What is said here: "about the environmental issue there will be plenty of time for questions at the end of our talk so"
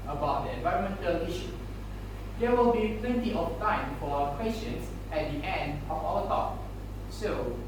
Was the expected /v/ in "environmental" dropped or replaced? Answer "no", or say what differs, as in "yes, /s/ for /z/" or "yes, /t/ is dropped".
no